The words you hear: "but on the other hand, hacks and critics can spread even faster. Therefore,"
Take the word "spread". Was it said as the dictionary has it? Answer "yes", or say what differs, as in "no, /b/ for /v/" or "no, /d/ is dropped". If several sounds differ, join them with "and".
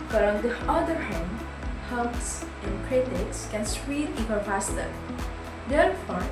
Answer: no, /p/ is dropped